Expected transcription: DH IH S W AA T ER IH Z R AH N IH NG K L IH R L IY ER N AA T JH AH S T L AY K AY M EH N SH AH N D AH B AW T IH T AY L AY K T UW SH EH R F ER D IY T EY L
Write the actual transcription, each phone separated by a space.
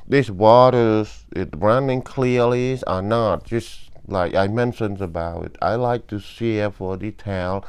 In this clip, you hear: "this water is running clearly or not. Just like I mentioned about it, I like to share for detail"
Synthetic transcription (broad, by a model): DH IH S W AA T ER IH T R AH N IH NG K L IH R L IY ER N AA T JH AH S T L AY K AY M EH N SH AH N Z AH B AW T IH T AY L AY K T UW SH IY F ER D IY T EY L